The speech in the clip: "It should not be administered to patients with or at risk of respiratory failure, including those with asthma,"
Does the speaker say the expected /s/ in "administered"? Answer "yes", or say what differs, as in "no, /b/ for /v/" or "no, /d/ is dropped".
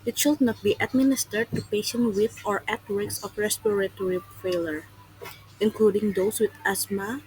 yes